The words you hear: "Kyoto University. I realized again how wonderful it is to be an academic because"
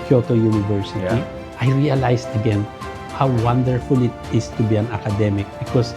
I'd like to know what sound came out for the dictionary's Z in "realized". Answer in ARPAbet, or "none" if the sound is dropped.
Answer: S